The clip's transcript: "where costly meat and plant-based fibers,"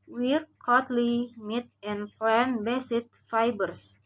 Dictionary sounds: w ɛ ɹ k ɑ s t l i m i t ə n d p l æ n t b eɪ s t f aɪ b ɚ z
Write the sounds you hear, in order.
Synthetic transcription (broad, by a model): w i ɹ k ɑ t l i m i t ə n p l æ n b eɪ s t f aɪ b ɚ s